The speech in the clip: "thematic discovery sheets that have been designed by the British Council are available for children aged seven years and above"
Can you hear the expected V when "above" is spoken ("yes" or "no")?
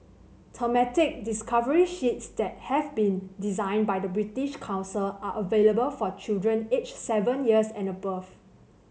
no